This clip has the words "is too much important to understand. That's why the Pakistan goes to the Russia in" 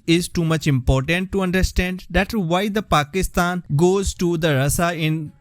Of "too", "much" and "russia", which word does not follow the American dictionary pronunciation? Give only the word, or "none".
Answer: russia